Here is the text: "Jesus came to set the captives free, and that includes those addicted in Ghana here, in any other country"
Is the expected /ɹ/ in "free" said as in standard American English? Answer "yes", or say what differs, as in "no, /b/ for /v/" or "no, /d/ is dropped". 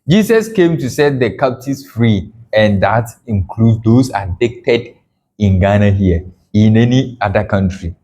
yes